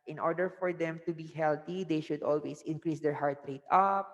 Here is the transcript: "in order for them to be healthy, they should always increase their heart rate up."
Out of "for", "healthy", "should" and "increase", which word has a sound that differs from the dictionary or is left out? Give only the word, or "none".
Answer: healthy